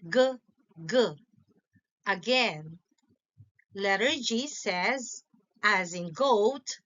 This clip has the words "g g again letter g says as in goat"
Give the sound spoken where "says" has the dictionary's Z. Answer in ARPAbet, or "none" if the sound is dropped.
Z